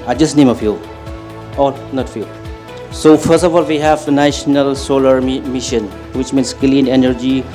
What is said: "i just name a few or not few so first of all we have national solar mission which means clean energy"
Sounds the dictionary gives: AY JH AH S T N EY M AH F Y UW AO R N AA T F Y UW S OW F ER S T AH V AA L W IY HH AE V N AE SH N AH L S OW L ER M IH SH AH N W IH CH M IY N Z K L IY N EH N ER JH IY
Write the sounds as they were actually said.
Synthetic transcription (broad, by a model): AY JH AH S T N EY M AH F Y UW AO L N AA T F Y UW S OW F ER S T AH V AA L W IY HH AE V N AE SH N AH L S OW L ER M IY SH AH N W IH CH M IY N S K L IY N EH N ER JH IY